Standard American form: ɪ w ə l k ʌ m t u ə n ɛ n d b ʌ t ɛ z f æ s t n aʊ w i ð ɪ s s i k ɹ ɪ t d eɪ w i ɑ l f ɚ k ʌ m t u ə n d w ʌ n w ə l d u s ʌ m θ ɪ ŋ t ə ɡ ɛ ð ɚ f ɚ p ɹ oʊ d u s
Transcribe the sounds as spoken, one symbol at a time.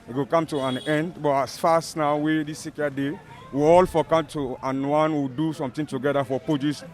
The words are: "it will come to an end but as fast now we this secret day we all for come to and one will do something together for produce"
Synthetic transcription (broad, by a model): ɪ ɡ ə k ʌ m t u ə n ɛ n d b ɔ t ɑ s f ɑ s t n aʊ w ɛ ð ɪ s s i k ɪ d eɪ w i ɑ l f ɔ k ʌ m t u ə n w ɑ n w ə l d u s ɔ m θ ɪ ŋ t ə ɡ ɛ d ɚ f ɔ p ɹ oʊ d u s